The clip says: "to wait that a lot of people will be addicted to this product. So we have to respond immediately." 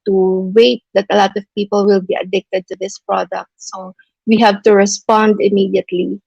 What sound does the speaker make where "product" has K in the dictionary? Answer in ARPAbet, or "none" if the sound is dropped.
K